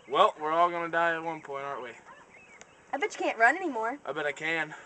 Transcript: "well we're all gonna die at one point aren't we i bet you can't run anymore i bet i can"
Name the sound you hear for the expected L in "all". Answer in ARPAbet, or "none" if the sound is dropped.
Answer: L